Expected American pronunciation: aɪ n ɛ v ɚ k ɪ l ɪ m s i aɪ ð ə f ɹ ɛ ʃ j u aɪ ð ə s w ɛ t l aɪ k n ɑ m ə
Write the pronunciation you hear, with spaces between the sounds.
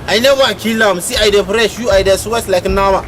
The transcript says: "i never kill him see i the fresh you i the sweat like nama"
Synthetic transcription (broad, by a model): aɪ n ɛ w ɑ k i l ɪ m s i aɪ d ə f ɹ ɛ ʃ j u aɪ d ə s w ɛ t l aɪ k n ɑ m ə